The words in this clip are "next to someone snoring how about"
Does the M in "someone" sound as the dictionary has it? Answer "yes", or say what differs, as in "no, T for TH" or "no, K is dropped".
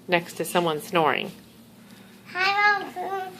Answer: yes